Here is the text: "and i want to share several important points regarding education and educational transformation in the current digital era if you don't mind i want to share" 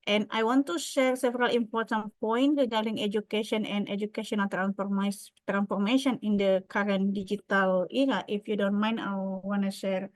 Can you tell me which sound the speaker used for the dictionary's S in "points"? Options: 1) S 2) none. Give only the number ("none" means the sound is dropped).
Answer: 2